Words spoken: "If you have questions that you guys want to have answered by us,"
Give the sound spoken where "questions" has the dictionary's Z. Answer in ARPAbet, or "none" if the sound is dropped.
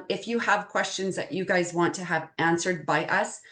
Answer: Z